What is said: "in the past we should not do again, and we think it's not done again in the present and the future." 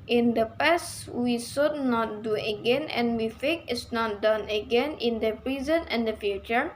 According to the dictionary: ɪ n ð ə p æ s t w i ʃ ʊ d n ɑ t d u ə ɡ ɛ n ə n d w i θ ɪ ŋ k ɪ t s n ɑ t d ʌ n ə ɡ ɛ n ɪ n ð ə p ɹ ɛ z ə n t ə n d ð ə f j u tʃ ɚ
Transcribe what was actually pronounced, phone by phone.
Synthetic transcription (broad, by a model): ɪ n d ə p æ s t w i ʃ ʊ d n ɑ t d u ə ɡ ɛ n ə n w i f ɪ k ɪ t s n ɑ t d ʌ n ə ɡ ɛ n ɪ n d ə p ɹ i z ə n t ə n d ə f j u tʃ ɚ